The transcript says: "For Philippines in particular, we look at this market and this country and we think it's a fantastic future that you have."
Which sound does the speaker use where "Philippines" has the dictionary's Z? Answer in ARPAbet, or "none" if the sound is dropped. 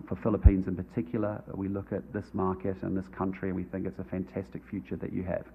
Z